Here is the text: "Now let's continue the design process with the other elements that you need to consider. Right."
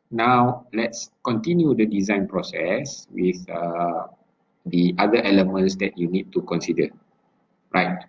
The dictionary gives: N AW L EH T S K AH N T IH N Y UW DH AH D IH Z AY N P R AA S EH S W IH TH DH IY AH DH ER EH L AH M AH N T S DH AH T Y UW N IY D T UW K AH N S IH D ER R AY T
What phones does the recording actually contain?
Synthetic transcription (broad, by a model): N AW L EH T S K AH N T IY N Y UW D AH D IH Z AY N P R AA S EH S W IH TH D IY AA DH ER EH L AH M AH N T S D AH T Y UW N IY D T UW K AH N S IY D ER R AY T